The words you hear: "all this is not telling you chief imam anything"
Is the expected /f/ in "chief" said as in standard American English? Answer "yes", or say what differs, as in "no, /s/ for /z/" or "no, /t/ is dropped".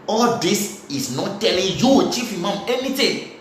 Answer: yes